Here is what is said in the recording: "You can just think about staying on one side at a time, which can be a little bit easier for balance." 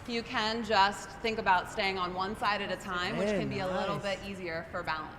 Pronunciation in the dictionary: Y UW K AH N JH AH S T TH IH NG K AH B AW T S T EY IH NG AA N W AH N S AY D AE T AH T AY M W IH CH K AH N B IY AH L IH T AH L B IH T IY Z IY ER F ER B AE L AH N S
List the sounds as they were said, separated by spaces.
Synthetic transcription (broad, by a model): Y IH K AH N JH AH S T TH IH NG K AH B AW T S T EY IH NG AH N W AH N S AY D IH T AH T AY M W IH CH K AH N B IY AH L IH T L B IH T IY Z IY ER F ER B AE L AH N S